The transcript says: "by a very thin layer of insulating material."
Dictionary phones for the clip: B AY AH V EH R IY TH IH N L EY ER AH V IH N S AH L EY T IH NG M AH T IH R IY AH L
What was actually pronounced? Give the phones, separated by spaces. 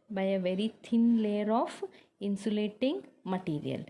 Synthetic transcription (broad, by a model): B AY AH V EH R IY T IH N L EY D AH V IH N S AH L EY T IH NG M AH T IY R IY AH L